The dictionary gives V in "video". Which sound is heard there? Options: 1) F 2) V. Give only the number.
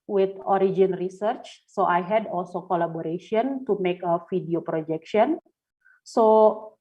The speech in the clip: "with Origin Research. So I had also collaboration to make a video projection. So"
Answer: 1